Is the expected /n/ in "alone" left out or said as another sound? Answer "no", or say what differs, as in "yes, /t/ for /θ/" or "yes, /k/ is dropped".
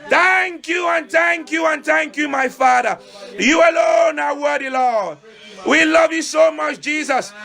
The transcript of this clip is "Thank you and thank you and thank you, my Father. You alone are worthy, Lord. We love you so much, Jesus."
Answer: no